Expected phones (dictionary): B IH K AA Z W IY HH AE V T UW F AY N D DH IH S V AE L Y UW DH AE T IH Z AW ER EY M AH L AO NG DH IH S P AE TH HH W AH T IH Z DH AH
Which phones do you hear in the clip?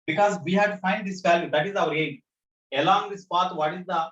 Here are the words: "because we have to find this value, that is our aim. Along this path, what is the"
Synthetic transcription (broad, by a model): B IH K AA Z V IY HH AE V T UW F AY N D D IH S F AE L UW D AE T IH Z AW ER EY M AH L AO NG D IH S P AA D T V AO T IH Z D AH